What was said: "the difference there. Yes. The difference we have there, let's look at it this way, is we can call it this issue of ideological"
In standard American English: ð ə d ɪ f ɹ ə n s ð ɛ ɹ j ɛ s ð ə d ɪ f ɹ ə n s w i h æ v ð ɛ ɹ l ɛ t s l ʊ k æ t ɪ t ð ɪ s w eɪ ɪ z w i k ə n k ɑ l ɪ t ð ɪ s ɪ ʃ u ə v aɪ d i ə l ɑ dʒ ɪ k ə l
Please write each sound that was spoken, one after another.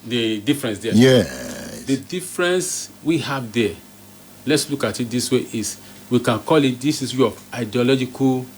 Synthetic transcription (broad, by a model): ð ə d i f ɹ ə n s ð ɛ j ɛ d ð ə d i f ɹ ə n s w i h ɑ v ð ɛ l ɛ t s l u k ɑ t ɪ t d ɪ s w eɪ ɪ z w i k ə n k ɑ l ɪ t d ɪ s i s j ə aɪ d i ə l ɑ dʒ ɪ k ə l